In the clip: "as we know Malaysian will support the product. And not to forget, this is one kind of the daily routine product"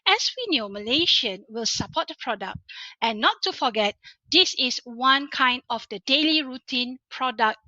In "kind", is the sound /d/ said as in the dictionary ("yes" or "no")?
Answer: yes